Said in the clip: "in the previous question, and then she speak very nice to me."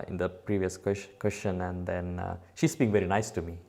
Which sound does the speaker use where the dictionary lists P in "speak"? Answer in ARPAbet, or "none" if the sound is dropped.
B